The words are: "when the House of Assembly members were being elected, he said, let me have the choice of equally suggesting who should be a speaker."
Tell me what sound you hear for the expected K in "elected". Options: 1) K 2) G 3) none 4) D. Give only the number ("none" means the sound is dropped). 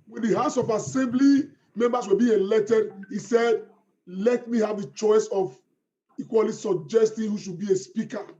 3